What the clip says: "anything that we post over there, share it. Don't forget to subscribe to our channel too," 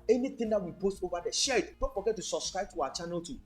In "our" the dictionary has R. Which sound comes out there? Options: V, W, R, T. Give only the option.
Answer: W